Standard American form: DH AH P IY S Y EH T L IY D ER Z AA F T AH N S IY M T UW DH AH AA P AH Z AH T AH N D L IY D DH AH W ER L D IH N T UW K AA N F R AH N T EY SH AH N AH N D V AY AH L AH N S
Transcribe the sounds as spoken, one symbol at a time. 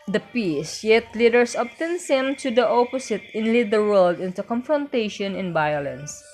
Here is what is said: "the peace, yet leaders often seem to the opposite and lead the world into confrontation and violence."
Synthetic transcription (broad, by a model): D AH P IY S Y EH T L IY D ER S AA P T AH N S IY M T UW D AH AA P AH S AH T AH N L IY D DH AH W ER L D IH N T UW K AA N F R AH N T EY SH AH N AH N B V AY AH L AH N S